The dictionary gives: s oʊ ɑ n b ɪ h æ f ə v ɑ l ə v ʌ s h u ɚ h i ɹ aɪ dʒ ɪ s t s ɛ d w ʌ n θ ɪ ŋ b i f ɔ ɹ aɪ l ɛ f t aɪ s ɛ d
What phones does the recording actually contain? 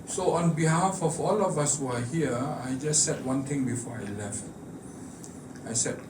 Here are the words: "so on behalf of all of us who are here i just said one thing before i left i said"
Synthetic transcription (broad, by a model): s oʊ ɑ n b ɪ h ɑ f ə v ɑ l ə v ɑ s h u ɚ h i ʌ aɪ dʒ ɪ s t s ɛ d w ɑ n t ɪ ŋ b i f ɔ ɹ aɪ l ɛ f t aɪ s ɛ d